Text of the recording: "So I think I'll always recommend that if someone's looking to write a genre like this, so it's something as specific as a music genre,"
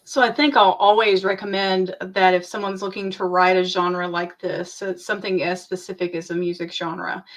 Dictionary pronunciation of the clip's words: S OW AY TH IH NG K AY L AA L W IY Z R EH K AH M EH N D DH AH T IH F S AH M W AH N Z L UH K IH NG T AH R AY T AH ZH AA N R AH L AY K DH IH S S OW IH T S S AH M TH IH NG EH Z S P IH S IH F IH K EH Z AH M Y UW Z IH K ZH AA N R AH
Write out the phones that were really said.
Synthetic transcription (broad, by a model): S OW AY TH IH NG K AY L AA L W IY Z R EH K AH M EH N DH AH T IH F S AH M W AH N Z L UH K IH NG T AH R AY T AH ZH AA N R AH L AY K DH IH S S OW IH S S AH M TH IH NG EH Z S P IH S IH F IH K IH Z AH M Y UW Z IH K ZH AA N R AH